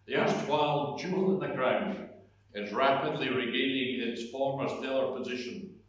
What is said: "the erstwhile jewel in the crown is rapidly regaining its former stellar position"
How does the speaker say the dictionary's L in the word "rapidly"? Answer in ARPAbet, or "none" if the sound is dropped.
L